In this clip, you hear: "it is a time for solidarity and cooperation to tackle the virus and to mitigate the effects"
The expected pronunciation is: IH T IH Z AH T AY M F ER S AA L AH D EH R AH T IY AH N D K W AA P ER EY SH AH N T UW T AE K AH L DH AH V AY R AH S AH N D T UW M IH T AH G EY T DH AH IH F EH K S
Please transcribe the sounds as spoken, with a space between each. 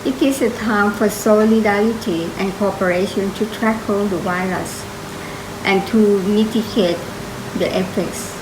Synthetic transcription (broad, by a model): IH T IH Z AH T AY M F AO S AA L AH D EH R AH T IY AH N K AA P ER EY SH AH N T UW T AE K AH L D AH W AY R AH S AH N T UW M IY T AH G EY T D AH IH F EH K S